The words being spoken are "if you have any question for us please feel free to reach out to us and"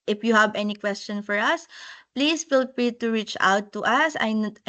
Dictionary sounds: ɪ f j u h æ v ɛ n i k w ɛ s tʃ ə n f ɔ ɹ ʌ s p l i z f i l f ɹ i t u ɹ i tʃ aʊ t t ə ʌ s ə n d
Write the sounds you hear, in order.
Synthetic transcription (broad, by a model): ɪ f j u h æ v ɛ n i k w ɛ s tʃ ə n f ɔ ɹ ʌ s p l i s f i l p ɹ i t u ɹ i tʃ aʊ t t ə ʌ s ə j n